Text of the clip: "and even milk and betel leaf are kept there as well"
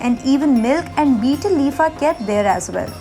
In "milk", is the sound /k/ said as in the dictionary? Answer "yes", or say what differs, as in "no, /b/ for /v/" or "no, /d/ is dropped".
yes